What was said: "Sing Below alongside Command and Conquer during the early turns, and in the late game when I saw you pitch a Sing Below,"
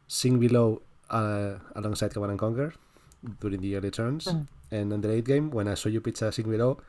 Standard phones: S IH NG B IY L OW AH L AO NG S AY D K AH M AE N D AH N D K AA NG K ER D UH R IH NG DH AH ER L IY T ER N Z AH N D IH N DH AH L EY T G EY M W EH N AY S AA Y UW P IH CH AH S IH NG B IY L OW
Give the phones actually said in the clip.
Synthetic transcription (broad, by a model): S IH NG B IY L OW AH L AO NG S AY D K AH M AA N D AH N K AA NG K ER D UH R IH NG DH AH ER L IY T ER N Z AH N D IH N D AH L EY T G EY M W EH N AY S AA Y UW P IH S AH S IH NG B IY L OW